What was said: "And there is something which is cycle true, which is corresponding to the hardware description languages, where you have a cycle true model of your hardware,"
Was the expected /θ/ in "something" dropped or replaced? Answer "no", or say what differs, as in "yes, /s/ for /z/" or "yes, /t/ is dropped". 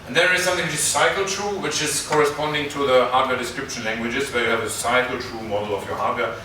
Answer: no